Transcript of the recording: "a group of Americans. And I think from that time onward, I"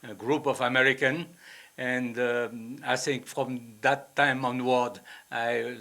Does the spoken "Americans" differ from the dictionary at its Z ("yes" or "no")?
yes